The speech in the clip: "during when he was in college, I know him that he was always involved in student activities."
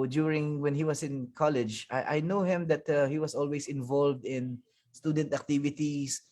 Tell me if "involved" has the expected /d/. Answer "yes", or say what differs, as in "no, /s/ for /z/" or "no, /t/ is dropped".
yes